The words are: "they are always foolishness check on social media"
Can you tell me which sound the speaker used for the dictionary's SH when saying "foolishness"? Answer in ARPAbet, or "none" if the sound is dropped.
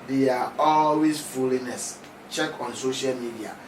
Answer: none